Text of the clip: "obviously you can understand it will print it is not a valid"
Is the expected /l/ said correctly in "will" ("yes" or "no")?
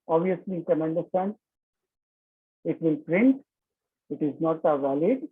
no